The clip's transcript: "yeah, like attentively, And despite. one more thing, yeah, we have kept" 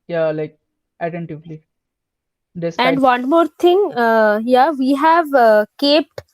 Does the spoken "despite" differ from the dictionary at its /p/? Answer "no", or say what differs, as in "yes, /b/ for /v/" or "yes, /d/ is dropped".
yes, /p/ is dropped